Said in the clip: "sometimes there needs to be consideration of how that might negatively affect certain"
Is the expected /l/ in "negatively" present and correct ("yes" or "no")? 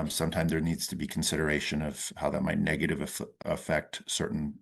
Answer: no